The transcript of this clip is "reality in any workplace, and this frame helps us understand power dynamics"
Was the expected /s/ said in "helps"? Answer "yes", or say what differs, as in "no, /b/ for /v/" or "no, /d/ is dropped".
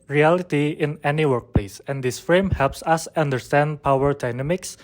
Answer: yes